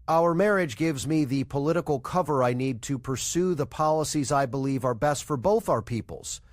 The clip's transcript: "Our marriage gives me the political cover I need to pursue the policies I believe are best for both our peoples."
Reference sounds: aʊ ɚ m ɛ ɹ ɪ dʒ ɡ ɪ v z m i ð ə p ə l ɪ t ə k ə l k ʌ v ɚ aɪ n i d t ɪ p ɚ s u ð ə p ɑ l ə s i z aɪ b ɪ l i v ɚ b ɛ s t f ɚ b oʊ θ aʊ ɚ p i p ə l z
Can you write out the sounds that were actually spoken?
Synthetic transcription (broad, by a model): aʊ ɚ m ɛ ɹ ɪ dʒ ɡ ɪ v z m i ð ə p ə l ɪ t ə k l k ʌ v ɚ aɪ n i d t ɪ p ɚ s u ð ə p ɑ l ə s i z aɪ b ɪ l i v ɚ b ɛ s t f ɚ b oʊ θ aʊ ɚ p i p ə l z